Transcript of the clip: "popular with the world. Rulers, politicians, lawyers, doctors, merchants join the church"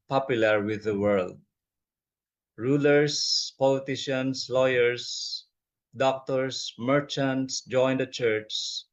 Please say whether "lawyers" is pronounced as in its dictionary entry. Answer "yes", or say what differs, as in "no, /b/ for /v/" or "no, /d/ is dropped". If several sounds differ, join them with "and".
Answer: no, /s/ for /z/